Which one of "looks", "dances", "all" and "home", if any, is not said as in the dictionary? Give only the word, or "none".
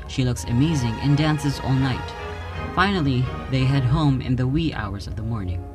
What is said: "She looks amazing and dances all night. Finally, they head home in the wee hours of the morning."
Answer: none